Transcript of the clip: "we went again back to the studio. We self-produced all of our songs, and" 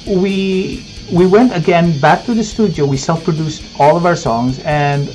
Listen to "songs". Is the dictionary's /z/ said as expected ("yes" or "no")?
yes